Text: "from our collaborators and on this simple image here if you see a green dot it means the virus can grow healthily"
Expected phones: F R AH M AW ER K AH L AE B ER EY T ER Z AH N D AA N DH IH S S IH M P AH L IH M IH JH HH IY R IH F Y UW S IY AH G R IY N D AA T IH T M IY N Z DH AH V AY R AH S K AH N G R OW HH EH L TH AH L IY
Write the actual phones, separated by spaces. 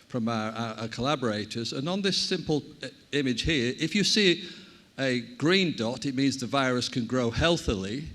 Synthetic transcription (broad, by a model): F R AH M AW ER K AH L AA B ER EY T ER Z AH N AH N DH IH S S IH M P AH L IH M IH JH HH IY R IH F Y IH S IY AH G R IY N D AA T IH T M IY N Z DH AH V AY R AH S K AH N G R OW HH EH L TH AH L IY